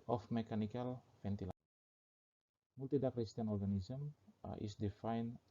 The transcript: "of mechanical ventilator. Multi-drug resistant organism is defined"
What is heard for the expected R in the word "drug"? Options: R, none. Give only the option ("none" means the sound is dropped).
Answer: none